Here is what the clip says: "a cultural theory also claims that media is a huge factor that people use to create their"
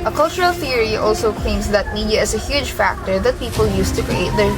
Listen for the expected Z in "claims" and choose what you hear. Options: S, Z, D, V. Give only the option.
S